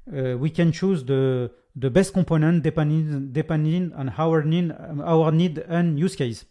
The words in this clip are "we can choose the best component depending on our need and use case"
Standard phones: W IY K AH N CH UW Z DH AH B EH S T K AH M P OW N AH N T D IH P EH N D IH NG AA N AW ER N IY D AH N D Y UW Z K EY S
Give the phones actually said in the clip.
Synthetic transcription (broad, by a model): W IY K AH N CH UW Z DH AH B EH S T K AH P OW N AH N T D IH P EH N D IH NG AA N AW ER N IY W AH N D Y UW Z K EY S